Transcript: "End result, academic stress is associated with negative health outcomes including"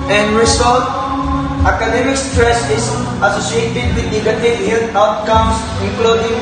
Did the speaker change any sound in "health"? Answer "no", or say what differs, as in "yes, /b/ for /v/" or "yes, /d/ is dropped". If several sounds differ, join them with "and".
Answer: yes, /t/ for /θ/